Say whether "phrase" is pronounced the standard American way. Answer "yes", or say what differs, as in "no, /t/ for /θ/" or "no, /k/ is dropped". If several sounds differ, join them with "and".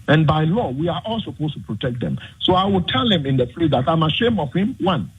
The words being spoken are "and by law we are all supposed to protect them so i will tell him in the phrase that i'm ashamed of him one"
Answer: no, /l/ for /ɹ/